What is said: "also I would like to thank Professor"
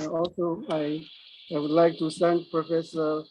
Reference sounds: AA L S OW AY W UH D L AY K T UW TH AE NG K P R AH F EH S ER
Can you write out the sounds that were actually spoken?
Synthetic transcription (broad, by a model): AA L S OW AY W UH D L AY K T UW S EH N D P R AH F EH S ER